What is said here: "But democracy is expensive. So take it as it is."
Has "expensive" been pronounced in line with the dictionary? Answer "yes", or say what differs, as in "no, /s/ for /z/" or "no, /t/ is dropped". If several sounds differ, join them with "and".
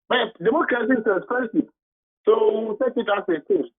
no, /k/ is dropped